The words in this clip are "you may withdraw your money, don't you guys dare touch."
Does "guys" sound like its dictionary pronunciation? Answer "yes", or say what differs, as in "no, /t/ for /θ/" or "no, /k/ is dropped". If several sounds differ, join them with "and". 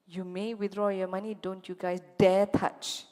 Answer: no, /s/ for /z/